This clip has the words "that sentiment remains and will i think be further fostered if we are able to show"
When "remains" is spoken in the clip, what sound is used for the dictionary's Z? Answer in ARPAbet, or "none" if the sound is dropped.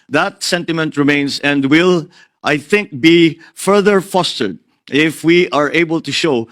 S